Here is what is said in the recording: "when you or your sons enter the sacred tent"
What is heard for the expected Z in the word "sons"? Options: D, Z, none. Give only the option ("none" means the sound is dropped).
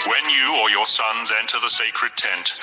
Z